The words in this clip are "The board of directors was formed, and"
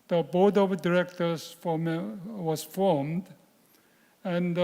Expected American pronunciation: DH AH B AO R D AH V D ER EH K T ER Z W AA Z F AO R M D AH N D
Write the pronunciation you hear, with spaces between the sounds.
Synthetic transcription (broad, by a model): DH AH B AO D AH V D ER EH K T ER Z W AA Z F AO R M D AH N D